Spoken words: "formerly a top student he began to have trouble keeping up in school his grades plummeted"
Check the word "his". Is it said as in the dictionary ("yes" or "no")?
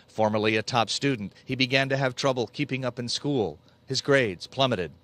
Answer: yes